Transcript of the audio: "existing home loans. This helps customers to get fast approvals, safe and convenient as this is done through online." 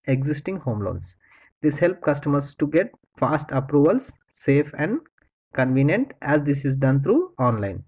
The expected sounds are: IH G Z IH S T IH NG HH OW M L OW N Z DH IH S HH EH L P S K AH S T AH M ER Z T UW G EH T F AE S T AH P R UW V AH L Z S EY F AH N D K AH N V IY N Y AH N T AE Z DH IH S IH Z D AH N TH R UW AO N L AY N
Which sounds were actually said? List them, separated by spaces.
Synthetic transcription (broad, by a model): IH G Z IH S T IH NG HH OW M L OW N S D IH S HH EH L P K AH S T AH M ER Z T UW G EH T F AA S T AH P R UW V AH L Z S EY F AH N D K AH N V IY N Y AH N T AE Z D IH S IH Z D AH N T R UW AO N L AY N